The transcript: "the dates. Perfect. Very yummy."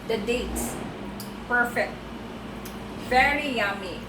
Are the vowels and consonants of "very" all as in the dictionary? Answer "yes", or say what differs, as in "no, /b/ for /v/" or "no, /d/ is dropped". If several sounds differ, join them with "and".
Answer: no, /f/ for /v/